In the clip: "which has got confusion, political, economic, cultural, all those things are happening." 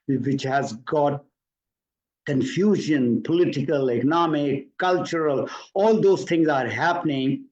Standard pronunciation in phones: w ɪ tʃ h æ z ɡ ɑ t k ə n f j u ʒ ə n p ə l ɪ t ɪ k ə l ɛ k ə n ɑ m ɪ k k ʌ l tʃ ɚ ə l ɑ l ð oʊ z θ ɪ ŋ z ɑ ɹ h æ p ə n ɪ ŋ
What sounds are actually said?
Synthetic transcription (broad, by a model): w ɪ tʃ h æ z ɡ ɑ t k ə n f j u ʒ ə n p ə l ɪ t ɪ k ə l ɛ k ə n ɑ m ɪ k k ʌ l tʃ ɚ ə l ɑ l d oʊ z t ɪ ŋ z ɑ ɹ h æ p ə n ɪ ŋ